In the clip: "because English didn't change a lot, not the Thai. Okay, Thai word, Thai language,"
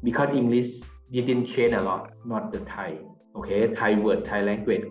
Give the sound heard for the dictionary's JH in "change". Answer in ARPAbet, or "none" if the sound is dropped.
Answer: none